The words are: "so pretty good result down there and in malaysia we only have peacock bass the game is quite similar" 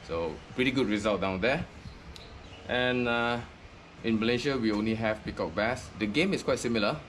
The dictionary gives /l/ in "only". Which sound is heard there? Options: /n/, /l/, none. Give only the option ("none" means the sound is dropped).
/l/